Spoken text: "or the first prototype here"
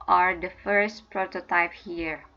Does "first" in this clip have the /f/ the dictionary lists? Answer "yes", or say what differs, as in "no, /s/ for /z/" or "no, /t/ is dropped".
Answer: yes